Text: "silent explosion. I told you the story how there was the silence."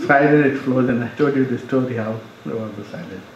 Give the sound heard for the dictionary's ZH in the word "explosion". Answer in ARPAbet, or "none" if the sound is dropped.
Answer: Z